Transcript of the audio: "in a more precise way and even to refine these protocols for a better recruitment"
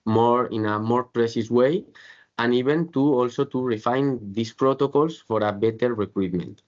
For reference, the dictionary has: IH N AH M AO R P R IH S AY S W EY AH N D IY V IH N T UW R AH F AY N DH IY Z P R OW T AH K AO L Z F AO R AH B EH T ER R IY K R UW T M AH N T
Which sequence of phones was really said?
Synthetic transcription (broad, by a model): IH N AH M AO R P R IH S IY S W EY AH N IY B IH N T UW R AH F AY N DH IY S P R OW T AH K AO L S F AO R AH B EH T ER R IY K R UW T M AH N T